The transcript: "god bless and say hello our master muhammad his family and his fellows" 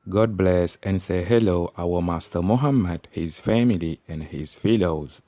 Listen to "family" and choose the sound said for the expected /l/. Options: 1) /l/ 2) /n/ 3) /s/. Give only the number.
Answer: 1